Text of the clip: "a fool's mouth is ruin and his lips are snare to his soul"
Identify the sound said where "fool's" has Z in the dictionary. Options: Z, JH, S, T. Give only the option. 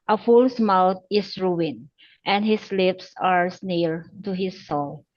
S